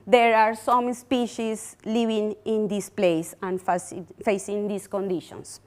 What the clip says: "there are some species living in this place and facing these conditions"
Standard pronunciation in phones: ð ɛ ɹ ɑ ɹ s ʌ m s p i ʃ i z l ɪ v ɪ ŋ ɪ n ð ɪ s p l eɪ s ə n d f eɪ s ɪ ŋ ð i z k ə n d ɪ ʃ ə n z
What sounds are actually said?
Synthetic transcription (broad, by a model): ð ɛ ɹ ɑ ɹ s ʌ m s p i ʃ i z l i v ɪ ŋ ɪ n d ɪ s p l eɪ s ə n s f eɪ s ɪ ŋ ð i s k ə n d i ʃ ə n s